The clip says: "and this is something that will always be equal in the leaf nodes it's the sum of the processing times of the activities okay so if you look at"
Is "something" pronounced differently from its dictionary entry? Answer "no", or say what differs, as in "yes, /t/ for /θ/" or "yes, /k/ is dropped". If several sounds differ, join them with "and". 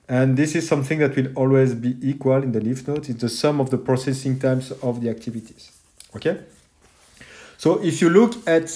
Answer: no